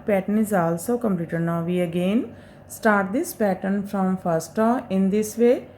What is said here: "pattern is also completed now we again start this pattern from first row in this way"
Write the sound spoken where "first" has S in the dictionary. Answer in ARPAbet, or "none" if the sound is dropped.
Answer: S